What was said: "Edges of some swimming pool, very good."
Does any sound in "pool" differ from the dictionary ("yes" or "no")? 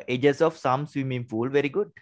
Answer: yes